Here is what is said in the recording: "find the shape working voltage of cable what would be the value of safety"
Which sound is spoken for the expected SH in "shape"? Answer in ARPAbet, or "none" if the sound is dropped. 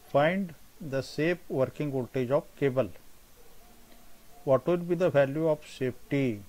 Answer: S